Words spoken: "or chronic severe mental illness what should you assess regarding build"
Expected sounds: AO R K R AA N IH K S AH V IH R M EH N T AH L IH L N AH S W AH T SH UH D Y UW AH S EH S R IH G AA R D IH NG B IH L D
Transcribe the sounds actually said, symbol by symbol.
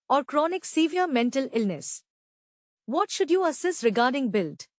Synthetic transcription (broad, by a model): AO R K R AA N IH K S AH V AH R M EH N T AH L IH L N AH S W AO T SH UH D Y UW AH S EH S R IH G AA R D IH NG B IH L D